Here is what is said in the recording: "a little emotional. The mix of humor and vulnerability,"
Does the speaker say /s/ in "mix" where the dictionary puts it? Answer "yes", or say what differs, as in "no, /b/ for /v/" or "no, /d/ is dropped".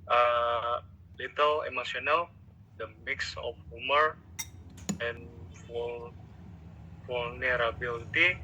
yes